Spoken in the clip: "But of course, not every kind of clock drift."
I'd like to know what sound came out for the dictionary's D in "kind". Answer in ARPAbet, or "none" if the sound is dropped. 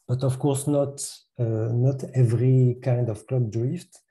D